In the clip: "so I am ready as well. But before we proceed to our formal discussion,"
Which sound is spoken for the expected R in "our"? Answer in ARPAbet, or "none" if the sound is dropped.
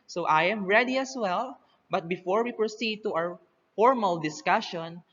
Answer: W